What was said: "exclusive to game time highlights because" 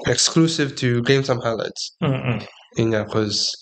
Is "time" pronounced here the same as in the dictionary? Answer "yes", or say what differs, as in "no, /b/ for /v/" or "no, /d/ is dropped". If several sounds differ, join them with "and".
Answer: no, /s/ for /t/